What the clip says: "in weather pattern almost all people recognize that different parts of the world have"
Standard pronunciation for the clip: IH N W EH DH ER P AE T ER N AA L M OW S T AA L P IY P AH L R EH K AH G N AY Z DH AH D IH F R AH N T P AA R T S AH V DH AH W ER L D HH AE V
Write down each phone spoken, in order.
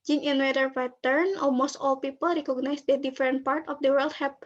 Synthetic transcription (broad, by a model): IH N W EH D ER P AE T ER N AA L M OW S T AA L P IY P AH L R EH K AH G N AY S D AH D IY F R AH N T P AA R T AH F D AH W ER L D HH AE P